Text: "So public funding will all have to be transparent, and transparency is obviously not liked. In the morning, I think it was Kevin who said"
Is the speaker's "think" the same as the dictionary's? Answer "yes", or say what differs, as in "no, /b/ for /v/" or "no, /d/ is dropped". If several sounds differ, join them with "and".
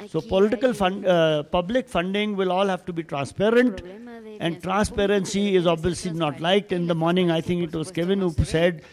no, /t/ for /θ/